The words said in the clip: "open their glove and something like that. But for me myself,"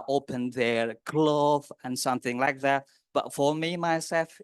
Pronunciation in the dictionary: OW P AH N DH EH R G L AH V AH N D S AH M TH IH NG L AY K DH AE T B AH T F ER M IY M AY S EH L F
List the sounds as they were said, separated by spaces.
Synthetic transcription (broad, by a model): OW P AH N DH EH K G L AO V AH N S AH M TH IH NG L AY K DH AE T B AH T F ER M IY M AY S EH L F